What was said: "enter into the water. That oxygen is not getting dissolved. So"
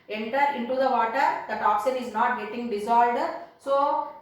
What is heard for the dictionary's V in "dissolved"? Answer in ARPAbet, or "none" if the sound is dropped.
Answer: none